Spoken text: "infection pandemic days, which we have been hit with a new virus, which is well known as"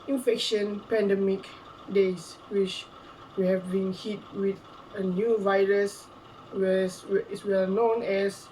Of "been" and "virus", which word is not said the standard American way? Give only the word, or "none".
none